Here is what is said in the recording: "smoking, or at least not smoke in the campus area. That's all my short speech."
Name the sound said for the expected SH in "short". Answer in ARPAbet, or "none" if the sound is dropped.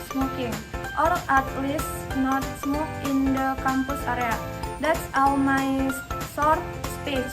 S